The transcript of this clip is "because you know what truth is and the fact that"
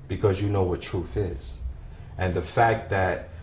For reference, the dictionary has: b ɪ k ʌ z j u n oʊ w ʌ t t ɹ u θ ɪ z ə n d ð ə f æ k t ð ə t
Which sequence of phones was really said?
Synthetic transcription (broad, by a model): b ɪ k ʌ z j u n oʊ w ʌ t t ɹ u θ ɪ z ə n ð ə f æ k t ð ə t